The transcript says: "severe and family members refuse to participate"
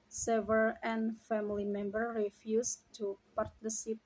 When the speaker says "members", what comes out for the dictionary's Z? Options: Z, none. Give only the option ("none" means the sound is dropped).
none